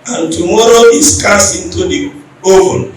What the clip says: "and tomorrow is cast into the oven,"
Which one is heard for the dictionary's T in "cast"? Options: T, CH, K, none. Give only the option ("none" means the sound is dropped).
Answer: none